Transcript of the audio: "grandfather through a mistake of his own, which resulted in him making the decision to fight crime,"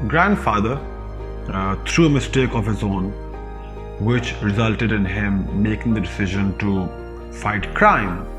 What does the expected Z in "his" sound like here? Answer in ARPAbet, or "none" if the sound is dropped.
Z